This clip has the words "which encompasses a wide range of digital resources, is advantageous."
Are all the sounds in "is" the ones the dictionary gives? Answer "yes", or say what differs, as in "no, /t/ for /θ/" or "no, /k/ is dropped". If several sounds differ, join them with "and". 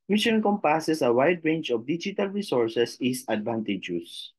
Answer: no, /s/ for /z/